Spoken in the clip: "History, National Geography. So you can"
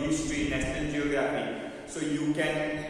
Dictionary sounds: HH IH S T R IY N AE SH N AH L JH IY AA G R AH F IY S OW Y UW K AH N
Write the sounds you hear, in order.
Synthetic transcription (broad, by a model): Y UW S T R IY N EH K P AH N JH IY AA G R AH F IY S OW Y UW K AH N